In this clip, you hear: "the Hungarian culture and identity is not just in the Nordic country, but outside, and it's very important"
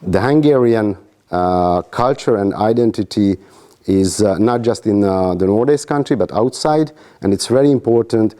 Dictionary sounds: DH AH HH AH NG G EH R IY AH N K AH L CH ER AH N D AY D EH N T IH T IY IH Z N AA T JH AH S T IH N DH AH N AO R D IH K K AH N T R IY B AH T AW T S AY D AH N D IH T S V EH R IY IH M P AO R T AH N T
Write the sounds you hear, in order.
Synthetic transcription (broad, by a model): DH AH HH AH NG G EH R IY AH N K AH L CH ER AH N D AY D EH N T IH T IY IH Z N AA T JH AH S T IH N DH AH N AO R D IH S K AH N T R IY B AH T AW T S AY D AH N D IH T S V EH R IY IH M P AO R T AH N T